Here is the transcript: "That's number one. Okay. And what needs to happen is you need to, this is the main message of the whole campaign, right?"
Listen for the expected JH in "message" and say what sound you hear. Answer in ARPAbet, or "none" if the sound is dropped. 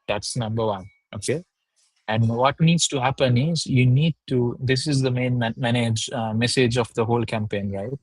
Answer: JH